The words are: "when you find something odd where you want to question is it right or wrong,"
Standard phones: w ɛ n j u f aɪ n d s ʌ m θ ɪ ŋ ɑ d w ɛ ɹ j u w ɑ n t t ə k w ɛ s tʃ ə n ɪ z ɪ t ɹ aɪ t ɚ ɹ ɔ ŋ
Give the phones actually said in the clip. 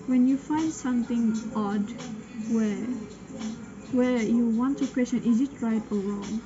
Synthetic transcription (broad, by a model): w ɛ n j u f aɪ n d s ʌ m θ ɪ ŋ ɑ d w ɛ w j u w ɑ n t t ə k w ɛ s tʃ ə n ɪ z ɪ t ɹ aɪ t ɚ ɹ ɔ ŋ